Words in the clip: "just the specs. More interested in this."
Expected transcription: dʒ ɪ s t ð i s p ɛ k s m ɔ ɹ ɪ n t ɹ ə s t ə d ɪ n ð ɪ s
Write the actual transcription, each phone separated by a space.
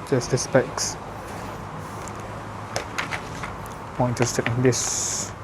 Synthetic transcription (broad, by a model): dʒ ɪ s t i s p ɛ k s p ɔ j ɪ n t ə s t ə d ɪ n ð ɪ s